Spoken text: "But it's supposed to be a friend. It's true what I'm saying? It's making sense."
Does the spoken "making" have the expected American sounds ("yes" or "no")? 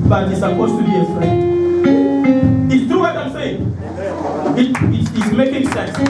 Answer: yes